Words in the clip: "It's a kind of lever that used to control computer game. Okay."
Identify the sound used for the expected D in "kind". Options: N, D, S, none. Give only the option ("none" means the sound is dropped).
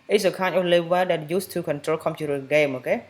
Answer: none